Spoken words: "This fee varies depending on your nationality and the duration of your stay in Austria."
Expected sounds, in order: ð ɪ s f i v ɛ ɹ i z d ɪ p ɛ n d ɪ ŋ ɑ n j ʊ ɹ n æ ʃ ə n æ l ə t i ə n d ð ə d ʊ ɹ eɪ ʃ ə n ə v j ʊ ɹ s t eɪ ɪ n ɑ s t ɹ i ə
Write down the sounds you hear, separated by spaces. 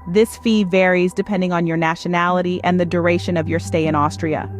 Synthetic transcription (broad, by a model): ð ɪ s f i v ɛ ɹ i z d ɪ p ɛ n d ɪ ŋ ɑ n j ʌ ɹ n æ ʃ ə n æ l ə t i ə n ð ə d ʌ ɹ eɪ ʃ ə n ə v j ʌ ɹ s t eɪ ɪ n ɑ s t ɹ i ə